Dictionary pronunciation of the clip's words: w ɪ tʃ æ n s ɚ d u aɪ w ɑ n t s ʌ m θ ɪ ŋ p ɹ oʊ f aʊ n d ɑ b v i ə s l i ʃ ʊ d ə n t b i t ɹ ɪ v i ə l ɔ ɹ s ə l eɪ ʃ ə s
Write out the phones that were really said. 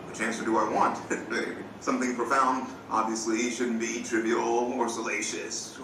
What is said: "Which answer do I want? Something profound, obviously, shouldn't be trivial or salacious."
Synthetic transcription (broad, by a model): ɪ tʃ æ n s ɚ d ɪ aɪ w ɑ n t s ʌ m θ ɪ ŋ p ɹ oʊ f aʊ n d ɑ b v i ə s l i ʃ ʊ d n b i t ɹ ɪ b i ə l ɔ ɹ s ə l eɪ ʃ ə s